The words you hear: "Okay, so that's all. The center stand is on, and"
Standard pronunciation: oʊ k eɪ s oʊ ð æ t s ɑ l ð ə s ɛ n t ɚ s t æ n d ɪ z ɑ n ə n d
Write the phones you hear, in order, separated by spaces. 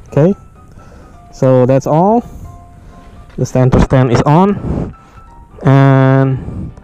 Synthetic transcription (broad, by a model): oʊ k eɪ s oʊ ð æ t s ɑ l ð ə s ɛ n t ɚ s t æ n ɪ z ɑ n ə n